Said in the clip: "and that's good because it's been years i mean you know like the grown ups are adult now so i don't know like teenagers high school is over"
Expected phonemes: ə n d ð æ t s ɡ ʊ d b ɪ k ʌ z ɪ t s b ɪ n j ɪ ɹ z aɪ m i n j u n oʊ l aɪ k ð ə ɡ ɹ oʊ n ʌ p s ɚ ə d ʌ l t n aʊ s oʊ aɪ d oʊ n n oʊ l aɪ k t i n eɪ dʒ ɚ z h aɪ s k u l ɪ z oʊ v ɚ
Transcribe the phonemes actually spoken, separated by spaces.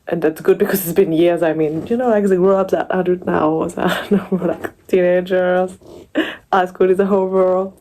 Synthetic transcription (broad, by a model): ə n ð æ t s ɡ ʊ d b ɪ k ʌ z ɪ t s b ɪ n j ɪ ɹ z aɪ m i n j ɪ n oʊ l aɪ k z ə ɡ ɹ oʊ ʌ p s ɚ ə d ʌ t n aʊ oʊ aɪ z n n oʊ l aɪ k t i n eɪ dʒ ɚ z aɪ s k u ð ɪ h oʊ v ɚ